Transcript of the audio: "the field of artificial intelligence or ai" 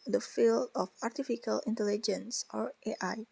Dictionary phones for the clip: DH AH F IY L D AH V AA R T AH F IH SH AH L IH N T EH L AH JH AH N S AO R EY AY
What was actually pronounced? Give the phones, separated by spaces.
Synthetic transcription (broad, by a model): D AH F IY L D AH F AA R T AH F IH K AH L IH N T EH L AH JH AH N S AO R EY AY